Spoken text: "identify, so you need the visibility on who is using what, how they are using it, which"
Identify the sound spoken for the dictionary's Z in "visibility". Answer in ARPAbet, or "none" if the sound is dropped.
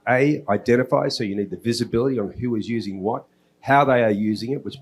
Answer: Z